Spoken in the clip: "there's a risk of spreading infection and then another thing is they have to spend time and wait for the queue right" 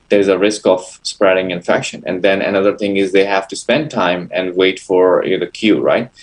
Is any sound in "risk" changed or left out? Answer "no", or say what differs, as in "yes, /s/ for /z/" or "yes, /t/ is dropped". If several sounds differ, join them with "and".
no